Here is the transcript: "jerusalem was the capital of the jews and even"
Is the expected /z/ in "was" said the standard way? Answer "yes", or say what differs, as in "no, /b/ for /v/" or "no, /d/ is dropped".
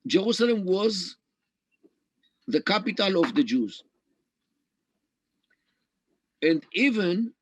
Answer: yes